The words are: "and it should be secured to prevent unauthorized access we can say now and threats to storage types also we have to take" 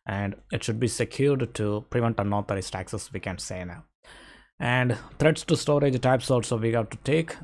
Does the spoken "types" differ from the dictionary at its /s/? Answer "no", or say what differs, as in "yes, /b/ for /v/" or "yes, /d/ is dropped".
no